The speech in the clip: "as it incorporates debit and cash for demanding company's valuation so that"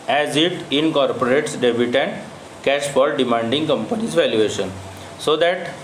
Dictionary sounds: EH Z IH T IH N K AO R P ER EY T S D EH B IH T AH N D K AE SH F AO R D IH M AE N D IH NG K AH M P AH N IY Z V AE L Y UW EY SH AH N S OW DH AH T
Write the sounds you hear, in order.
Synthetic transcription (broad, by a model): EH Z IH T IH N K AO R P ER EY T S D EH B IH T AH N D K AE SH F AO L D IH M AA N D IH NG K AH M P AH N IY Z V AE L Y UW EY SH AH N S OW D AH T